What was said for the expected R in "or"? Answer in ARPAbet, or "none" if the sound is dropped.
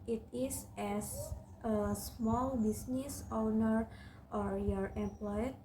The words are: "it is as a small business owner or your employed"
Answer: R